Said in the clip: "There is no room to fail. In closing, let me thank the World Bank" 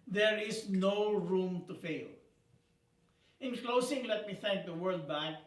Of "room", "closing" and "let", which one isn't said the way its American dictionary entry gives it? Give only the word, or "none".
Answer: closing